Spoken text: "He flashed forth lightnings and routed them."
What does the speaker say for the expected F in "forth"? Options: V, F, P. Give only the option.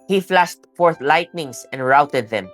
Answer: F